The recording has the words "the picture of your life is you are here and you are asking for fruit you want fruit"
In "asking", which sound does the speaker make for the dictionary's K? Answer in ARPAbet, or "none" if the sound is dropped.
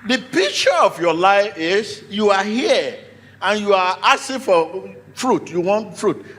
none